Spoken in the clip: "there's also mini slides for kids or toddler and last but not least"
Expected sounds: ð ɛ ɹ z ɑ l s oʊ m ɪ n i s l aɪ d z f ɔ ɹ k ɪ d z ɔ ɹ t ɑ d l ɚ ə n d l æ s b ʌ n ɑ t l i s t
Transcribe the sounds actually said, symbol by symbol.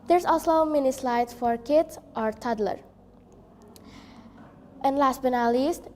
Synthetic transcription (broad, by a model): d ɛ ɹ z ɑ l s oʊ m ɪ n i s l aɪ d s f ɔ ɹ k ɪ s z ɔ ɹ t ɑ d l ɚ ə n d l æ s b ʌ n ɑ l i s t